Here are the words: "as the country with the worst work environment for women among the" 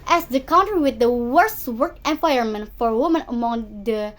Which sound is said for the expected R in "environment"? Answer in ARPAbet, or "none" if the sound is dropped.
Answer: none